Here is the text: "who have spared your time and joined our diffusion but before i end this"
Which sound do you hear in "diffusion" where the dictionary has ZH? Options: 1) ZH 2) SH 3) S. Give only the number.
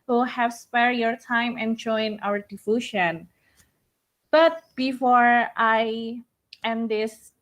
2